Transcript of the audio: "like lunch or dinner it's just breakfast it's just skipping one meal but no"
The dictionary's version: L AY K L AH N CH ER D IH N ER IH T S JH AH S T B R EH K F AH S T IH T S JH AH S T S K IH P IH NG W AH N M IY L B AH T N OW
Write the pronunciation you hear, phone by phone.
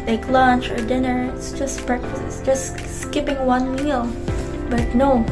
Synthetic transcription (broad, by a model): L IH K L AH N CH ER D IH N ER IH T S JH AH S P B R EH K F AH S IH T S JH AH S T S K IH P IH NG W AH N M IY L B AH T N OW